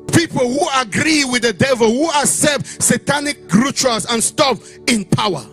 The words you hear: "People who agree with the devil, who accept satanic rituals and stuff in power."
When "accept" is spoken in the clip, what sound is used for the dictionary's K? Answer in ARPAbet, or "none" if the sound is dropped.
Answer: none